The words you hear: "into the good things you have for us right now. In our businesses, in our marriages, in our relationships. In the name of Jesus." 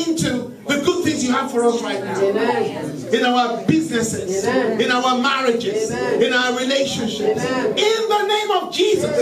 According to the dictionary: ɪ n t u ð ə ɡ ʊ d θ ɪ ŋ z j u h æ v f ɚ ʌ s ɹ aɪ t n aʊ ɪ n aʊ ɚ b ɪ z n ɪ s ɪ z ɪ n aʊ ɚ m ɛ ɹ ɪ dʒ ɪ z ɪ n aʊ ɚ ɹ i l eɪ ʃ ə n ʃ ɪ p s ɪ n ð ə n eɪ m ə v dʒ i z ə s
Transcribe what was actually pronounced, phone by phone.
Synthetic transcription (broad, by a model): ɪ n t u ð ə ɡ ʊ d θ ɪ ŋ z j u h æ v f ɚ ʌ s ɹ aɪ t n aʊ ɪ n aʊ ɚ b ɪ z n ɪ s ɪ z ɪ n aʊ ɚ m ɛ ɹ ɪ dʒ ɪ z ɪ n aʊ ɚ ɹ i l eɪ ʃ ə n ʃ ɪ p s ɪ n ð ə n eɪ m ə v dʒ i z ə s